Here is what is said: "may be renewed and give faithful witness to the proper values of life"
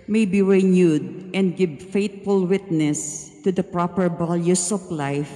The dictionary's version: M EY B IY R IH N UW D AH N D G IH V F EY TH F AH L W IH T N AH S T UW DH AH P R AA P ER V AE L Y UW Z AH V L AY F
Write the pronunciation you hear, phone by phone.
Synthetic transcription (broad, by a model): M EY B IY R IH N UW D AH N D G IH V F EY T F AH L W IH T N AH S T UW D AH P R AA P ER B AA L Y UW S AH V L AY F